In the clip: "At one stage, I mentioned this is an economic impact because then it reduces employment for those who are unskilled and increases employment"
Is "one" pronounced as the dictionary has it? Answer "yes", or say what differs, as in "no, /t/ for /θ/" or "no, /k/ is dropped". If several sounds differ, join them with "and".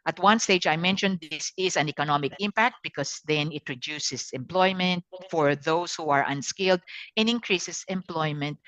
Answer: yes